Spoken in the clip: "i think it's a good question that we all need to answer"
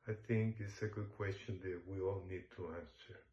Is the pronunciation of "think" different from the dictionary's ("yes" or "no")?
no